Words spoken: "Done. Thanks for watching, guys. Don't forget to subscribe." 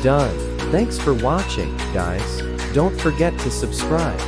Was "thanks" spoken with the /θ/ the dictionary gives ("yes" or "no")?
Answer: yes